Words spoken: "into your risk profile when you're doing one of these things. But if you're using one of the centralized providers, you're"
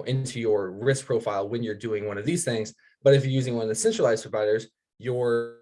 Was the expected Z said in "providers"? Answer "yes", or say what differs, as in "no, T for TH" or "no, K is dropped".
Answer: yes